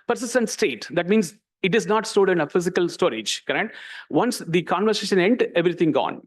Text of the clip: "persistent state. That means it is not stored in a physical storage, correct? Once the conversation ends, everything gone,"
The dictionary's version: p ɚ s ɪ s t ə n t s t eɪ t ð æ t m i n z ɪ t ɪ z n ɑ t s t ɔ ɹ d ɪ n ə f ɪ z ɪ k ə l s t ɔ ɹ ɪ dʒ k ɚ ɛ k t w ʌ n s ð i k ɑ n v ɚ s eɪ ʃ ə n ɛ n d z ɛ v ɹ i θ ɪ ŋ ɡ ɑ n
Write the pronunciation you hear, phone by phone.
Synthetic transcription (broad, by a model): p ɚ s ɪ s t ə n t s t eɪ t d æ t m i n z ɪ t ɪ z n ɑ t s t ɔ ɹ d ɪ n ə f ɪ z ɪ k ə l s t ɔ ɹ ɪ dʒ k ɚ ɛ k t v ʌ n s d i k ɑ n v ɚ s eɪ ʃ ə n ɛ n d ɛ v ɹ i t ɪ ŋ ɡ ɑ n